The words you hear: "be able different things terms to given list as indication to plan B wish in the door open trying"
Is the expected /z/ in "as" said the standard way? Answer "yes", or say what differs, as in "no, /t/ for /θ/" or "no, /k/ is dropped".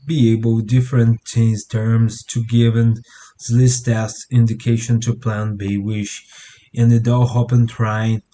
no, /s/ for /z/